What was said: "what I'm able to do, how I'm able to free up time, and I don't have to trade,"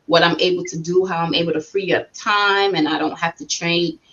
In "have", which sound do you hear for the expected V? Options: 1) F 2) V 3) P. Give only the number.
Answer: 1